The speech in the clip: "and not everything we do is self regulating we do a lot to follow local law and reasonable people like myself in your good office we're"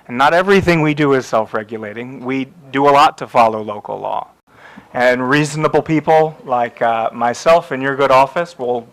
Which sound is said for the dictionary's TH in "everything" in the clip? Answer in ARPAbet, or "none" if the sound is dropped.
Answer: TH